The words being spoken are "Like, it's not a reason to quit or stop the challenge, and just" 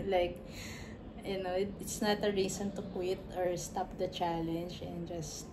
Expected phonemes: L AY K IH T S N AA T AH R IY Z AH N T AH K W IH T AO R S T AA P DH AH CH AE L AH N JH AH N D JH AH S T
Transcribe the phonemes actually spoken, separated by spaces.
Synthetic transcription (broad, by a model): L AY K IH T S N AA T AH R IY S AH N T AH K W IH T AO R S T AA P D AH CH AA L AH N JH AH N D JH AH S T